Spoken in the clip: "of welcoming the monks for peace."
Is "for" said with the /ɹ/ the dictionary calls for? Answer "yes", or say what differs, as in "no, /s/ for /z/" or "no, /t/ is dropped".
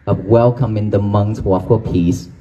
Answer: no, /l/ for /ɹ/